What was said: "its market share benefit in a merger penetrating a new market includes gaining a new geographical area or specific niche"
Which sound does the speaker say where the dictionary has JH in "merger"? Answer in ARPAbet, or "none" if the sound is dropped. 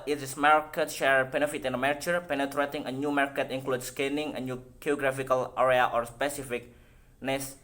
CH